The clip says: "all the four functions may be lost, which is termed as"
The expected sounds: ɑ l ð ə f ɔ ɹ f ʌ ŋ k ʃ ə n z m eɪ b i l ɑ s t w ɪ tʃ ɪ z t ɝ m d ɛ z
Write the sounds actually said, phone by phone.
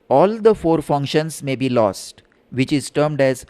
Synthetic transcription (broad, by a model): ɑ l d ə f ɔ ɹ f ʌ ŋ k ʃ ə n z m eɪ b i l ɑ s t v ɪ tʃ ɪ z t ɝ m d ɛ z